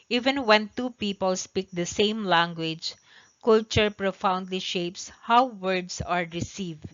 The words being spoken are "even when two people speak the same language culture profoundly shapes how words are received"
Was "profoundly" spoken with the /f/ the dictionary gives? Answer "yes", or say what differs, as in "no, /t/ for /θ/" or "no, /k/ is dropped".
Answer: yes